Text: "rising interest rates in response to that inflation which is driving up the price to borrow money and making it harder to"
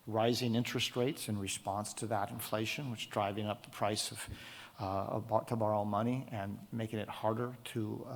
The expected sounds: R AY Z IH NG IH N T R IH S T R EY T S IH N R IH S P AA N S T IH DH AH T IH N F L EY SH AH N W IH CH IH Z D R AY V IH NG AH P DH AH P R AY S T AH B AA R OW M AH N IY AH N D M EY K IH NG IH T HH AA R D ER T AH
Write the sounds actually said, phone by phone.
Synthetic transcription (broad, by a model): R AY Z IH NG IH N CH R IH S T R EY T S IH N R IH S P AA N S T IH DH AH T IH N F L EY SH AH N W IH CH D R AY V IH NG AH P DH AH P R AY S T AH B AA R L M AH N IY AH N M EY K IH NG IH T HH AA R D ER T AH